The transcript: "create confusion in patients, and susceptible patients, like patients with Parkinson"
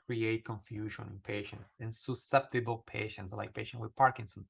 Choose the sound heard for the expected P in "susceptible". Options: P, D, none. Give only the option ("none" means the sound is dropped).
P